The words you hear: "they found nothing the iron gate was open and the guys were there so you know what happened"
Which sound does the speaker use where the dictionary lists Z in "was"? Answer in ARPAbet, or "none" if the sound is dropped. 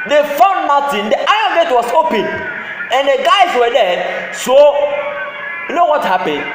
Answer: S